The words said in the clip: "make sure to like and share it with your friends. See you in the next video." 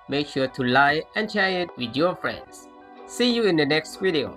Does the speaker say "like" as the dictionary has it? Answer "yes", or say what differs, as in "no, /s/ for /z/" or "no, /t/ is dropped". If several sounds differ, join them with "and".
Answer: no, /k/ is dropped